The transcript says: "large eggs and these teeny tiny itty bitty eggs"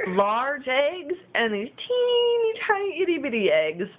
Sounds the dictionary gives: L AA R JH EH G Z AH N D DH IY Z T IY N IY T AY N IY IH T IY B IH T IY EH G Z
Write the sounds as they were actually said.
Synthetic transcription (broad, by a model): L AA R JH EH G Z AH N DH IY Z T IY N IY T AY IY IH T IY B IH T IY EH G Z